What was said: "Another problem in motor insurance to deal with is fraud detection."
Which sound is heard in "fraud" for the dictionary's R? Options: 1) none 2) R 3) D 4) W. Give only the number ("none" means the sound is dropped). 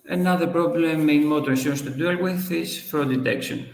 1